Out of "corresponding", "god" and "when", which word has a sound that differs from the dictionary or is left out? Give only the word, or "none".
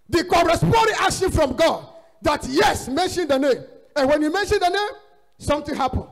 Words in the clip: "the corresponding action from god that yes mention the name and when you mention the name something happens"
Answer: corresponding